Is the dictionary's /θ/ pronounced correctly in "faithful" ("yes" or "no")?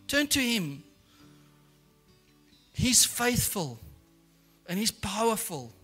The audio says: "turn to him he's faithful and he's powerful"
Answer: yes